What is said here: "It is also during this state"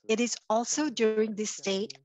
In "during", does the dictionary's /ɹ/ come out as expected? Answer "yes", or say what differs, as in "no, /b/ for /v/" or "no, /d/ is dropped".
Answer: yes